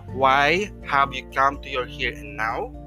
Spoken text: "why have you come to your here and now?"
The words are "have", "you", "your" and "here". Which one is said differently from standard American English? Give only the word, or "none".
have